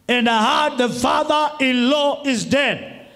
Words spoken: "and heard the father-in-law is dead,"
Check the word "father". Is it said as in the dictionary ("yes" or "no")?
yes